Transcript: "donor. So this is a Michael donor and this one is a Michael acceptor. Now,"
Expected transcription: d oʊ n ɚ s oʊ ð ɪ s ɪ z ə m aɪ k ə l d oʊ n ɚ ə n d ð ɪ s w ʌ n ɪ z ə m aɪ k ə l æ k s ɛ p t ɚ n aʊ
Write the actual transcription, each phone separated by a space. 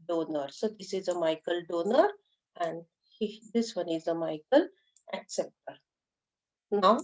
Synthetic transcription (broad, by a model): d oʊ n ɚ s oʊ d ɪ s ɪ z ə m aɪ k ə l d oʊ n ɚ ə n d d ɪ s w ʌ n ɪ z ə m aɪ k ə l æ k s ɛ p t ɚ n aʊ